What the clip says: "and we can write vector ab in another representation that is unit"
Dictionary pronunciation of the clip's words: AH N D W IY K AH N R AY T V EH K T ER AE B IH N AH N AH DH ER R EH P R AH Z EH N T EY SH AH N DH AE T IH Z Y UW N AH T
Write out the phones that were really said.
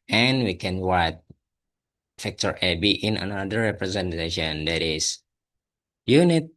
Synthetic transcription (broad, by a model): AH N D W IY K AH N W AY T F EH K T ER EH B IH N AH N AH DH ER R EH P R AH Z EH N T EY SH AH N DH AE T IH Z Y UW N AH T